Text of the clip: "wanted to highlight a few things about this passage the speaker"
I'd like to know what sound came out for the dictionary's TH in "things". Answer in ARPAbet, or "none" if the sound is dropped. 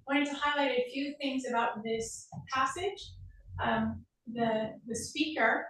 TH